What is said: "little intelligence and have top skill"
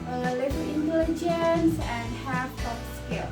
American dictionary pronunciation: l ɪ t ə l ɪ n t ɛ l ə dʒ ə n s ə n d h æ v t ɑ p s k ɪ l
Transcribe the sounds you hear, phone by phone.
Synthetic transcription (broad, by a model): l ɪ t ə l ɪ n t ɛ l ə dʒ ə n s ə n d h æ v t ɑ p s k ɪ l